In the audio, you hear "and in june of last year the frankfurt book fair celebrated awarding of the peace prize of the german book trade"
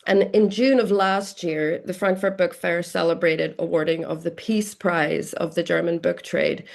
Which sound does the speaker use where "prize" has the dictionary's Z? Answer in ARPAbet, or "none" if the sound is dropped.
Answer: Z